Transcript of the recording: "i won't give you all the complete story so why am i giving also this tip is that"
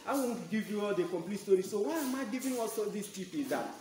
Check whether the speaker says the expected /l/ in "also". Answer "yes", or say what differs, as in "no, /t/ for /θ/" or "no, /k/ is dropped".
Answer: no, /l/ is dropped